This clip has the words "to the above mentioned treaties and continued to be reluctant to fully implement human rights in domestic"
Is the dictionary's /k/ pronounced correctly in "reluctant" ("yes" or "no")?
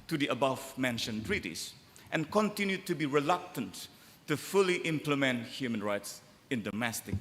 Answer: yes